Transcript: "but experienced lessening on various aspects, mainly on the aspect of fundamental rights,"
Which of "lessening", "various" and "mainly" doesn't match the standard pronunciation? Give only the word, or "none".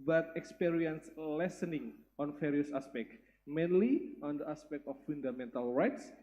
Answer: various